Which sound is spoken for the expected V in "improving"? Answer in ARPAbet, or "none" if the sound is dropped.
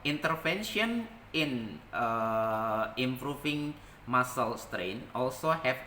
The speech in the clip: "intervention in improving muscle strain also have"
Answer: F